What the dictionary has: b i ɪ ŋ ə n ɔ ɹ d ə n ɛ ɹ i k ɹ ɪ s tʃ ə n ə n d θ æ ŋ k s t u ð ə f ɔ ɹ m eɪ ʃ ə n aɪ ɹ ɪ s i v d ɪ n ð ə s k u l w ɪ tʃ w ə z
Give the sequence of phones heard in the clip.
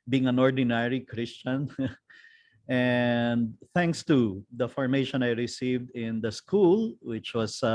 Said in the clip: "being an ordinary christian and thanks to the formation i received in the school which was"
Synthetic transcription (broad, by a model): b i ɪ ŋ ə n ɔ ɹ d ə n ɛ ɹ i k ɹ ɪ s tʃ ə n ə n d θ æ ŋ k s t u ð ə f ɔ ɹ m eɪ ʃ ə n aɪ ɹ ɪ s i v d ɪ n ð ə s k u l w ɪ tʃ w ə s